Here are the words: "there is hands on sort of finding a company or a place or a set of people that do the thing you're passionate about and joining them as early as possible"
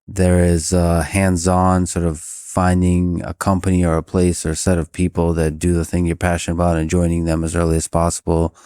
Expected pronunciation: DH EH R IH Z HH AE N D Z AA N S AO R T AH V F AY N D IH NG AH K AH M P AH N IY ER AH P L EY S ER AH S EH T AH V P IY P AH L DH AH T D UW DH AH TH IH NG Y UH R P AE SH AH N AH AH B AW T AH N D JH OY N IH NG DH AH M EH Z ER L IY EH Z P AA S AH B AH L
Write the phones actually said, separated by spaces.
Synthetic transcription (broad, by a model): DH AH R IH Z HH AE N D Z AA N S AO R T AH V F AY N D IH NG AH K AH M P AH N IY ER AH P L EY S ER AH S EH T AH V P IY P L DH AH T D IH DH AH TH IH NG Y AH R P AE SH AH N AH AH B AW T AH N JH OY N IH NG DH AH M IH Z ER L IY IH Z P AA S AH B L